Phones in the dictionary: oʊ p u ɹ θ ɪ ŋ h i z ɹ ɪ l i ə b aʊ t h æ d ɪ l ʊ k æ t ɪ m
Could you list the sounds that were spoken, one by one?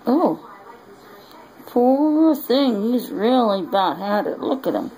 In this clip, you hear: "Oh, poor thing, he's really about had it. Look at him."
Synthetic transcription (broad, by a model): oʊ p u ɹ θ ɪ ŋ h i z ɹ ɪ l i ə b aʊ t h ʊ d ɪ l ʊ k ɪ t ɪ m